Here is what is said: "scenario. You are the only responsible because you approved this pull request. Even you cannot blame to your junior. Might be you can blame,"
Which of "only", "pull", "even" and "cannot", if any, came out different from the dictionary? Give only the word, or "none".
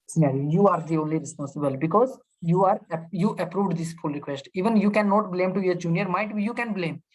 pull